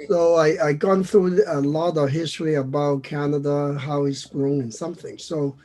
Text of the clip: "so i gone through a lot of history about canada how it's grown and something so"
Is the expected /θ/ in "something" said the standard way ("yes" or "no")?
yes